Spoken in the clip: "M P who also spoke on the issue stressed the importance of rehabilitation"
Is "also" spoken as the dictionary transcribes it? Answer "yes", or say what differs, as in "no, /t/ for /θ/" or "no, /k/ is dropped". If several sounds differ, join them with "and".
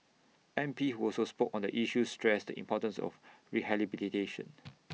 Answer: yes